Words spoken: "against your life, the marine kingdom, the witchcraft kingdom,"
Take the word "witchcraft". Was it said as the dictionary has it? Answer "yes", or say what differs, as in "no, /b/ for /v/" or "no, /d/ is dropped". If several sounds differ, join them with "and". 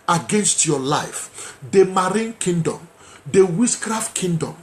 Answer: no, /s/ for /tʃ/